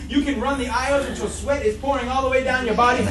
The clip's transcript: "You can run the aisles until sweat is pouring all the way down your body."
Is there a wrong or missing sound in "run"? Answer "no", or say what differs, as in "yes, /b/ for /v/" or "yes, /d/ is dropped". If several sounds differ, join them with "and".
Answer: no